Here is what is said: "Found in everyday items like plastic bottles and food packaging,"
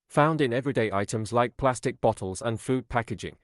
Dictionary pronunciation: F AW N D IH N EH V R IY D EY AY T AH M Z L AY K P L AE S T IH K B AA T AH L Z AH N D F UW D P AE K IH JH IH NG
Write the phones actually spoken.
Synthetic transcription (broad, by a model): F AW N D IH N EH V R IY D EY AY T AH M Z L AY K P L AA S T IH K B AA T AH L Z AH N F UW D P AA K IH JH IH NG